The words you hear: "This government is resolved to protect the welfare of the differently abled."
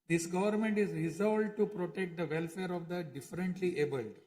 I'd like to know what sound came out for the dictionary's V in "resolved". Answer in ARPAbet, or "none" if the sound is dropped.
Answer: none